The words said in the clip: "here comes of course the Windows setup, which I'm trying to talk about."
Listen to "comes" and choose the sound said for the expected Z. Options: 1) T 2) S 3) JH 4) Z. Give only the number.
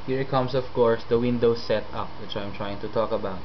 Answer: 2